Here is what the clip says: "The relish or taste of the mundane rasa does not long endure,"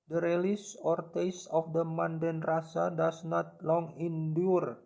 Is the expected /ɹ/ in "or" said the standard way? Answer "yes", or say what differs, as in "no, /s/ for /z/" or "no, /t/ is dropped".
yes